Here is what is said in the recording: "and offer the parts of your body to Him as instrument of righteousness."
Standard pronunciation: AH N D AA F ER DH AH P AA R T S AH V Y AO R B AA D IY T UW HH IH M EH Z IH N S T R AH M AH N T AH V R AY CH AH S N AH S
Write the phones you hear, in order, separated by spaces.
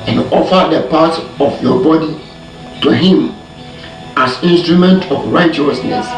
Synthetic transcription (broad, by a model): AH N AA F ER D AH P AA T AH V Y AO B AA D IY T UW HH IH M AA S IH N S T R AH M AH N T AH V R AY CH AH S N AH S